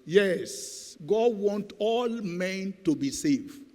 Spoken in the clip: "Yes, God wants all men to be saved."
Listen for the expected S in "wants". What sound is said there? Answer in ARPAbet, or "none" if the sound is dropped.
none